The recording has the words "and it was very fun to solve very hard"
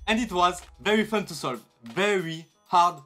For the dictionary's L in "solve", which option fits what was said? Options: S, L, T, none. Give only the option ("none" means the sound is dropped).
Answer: L